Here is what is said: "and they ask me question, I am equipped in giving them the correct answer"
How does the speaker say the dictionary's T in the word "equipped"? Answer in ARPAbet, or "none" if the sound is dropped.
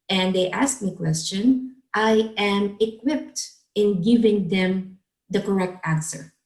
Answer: T